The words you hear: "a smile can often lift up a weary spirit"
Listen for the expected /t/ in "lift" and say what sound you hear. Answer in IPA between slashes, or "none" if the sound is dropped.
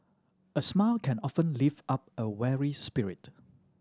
none